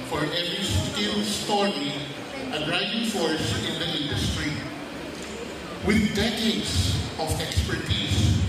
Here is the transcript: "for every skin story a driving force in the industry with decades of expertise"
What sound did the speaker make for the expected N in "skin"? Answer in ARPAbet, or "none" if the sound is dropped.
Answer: L